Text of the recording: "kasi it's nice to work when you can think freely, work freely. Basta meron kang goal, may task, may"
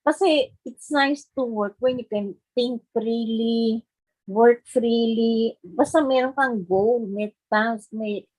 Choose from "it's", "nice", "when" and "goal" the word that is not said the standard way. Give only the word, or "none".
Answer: goal